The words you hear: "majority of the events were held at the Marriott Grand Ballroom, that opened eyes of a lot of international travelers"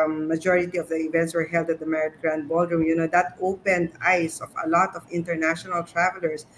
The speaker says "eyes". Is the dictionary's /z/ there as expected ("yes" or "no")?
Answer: no